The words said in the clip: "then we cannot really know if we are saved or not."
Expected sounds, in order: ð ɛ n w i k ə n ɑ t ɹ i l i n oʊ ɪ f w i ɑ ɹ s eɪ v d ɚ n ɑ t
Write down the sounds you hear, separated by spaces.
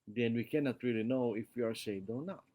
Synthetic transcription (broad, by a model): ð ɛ n w i k ə n ɑ t ɹ i l i n oʊ ɪ f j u ɑ ɹ ʃ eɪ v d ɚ n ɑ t